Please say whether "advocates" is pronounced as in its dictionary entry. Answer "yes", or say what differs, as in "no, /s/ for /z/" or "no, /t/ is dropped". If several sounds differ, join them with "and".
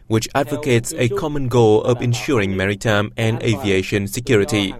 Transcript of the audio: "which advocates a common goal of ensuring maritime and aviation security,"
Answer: yes